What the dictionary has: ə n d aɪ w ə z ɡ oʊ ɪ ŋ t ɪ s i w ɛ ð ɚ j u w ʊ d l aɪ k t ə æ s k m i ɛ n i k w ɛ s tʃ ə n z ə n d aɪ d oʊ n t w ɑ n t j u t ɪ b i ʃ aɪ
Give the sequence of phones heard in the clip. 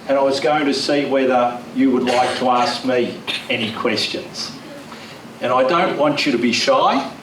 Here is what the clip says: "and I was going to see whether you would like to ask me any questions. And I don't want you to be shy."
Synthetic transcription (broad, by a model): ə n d aɪ w ə z ɡ oʊ ɪ ŋ t ɪ s i w ɛ ð ɚ j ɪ w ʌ d l aɪ k t ə æ s k m i ɛ n i k w ɛ s tʃ ə n z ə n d aɪ d oʊ n t w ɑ n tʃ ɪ t ɪ b i ʃ aɪ